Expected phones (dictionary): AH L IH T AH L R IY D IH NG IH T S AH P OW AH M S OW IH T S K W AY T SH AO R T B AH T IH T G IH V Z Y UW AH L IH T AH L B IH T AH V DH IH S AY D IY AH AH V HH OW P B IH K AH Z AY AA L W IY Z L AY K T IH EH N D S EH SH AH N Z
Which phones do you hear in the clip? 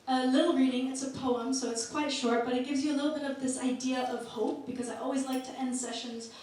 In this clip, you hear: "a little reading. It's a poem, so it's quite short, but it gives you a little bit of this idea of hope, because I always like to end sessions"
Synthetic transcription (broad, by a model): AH L IH T L R IY D IH NG IH T S AH P OW AH M S OW IH T S K W AY T SH AO R T B AH T IH T G IH V Z Y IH AH L IH T L B IH T AH V DH IH S AY D IY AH AH V HH OW P B IH K AH Z AY AA L W IY Z L AY K T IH EH N D S EH SH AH N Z